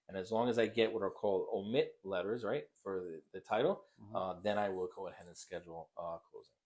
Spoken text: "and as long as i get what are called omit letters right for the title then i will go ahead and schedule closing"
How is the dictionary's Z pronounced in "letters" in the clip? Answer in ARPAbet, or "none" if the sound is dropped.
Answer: Z